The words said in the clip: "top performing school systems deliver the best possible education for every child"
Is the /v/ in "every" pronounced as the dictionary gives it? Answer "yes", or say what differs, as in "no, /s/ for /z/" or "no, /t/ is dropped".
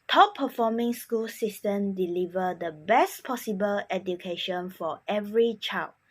yes